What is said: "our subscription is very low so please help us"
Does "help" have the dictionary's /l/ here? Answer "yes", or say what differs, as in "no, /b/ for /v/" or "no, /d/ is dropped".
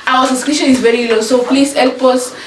yes